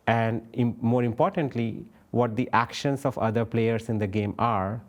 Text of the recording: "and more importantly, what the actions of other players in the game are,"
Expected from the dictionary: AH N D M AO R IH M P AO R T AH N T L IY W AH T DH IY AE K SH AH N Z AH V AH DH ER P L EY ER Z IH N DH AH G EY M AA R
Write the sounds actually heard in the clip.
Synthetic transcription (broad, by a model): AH N D M AO R IH M P AO R T AH N T L IY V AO T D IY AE K SH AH N S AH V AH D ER P L EY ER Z IH N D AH G EY M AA R